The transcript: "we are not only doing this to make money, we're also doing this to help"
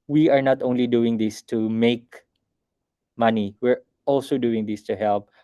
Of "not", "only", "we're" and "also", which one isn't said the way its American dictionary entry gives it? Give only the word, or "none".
none